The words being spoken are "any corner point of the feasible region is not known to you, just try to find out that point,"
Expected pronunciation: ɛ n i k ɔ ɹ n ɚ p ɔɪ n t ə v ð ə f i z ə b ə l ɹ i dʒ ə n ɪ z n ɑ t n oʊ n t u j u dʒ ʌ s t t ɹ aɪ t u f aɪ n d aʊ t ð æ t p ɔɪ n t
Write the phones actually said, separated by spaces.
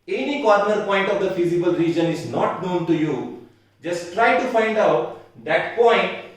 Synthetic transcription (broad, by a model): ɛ n i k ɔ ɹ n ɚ p ɔɪ n t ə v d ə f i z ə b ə l ɹ i dʒ ə n ɪ z n ɑ t n oʊ n t u j u dʒ ʌ s t t ɹ aɪ t u f aɪ n d aʊ t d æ t p ɔɪ n t